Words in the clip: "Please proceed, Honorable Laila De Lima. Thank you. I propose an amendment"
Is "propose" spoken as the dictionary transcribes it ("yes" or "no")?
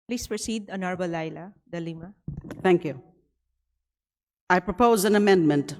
yes